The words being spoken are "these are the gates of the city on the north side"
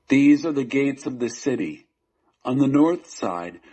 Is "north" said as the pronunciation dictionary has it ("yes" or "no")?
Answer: yes